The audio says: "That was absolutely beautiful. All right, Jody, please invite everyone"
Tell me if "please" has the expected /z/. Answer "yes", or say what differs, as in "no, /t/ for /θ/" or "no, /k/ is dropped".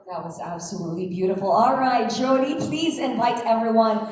yes